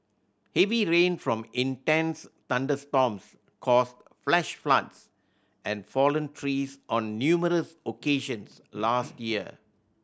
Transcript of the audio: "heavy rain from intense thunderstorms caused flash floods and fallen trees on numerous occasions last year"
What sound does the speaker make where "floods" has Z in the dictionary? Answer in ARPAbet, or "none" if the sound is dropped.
S